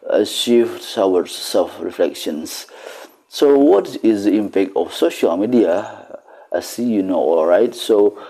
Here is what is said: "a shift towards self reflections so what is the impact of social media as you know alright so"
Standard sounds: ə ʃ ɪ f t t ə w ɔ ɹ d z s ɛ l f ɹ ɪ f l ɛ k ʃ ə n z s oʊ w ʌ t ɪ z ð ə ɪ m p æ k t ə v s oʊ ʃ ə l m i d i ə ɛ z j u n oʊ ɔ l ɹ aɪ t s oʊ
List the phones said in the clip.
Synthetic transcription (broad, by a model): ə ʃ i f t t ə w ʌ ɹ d s ɛ l f ɹ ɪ f l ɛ k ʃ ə n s s oʊ w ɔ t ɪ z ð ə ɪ m p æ k t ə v s oʊ ʃ ə l m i d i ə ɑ s j u n oʊ ɔ l ɹ aɪ t s oʊ